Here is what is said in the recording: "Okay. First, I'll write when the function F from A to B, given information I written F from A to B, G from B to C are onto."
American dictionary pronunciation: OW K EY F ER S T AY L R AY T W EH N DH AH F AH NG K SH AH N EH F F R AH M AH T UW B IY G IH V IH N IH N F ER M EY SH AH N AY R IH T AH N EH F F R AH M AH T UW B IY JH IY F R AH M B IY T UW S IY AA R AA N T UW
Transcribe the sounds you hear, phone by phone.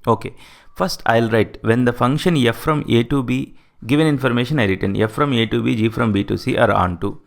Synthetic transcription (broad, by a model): OW K EY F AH S T AY L R AY T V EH N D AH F AH NG K SH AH N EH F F R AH M AH T UW B IY G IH V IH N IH N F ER M EY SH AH N AY R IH T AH N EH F F R AH M AH T UW B IY JH IY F R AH M B IY T UW S IY AA R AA N T UW